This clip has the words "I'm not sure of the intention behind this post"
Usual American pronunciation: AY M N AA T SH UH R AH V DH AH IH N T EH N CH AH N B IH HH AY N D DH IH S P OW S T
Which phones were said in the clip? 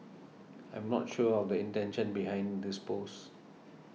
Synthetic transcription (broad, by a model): AY M N AA T SH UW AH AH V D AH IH N T EH N SH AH N B IH HH AY N D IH S P OW S